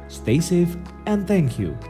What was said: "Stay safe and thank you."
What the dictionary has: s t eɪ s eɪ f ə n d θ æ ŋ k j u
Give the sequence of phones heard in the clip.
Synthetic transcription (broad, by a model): s t eɪ s eɪ f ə n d θ æ ŋ k j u